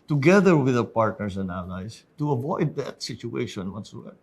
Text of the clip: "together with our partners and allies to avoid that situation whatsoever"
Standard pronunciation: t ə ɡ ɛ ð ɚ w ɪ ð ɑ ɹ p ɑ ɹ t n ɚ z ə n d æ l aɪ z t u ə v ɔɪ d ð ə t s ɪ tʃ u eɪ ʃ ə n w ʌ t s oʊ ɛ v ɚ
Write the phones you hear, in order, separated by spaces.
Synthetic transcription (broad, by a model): t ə ɡ ɛ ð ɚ w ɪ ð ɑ p ɑ ɹ t n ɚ s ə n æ l aɪ s t u ə v ɔɪ d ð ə t s ɪ tʃ u eɪ ʃ ə n w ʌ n s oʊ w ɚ